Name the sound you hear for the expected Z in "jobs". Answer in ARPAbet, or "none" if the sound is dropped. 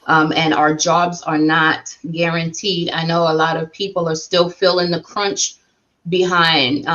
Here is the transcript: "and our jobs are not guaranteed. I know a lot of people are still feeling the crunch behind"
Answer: Z